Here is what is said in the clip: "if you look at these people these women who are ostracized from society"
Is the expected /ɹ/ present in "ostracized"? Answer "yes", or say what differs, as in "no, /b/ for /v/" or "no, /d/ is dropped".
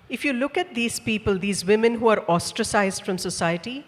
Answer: yes